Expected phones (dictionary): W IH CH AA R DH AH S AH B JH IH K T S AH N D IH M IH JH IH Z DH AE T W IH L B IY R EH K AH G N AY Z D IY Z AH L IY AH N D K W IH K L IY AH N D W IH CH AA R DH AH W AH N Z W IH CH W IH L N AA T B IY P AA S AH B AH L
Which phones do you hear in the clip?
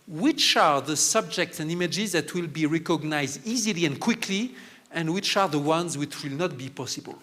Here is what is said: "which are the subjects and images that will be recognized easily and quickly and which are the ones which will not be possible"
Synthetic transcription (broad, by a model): W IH CH AA R DH AH S AH B JH IH K T S AH N D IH M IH JH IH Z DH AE T W IH L B IY R EH K AH G N AY Z D IY Z AH L IY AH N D K W IH K L IY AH N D W IH CH AA R DH AH W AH N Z W IH CH W IH L N AA T B IY P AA S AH B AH L